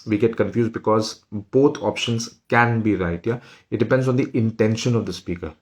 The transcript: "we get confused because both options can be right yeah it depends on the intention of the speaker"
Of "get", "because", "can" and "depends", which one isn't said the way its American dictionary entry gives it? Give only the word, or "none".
none